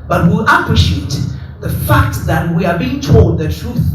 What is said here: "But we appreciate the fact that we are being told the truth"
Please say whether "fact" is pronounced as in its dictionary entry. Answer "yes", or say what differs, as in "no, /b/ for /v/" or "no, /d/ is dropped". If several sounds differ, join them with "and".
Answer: yes